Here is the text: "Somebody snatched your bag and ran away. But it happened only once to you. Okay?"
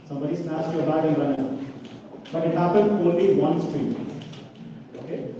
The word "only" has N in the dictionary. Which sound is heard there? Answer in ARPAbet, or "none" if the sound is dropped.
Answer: none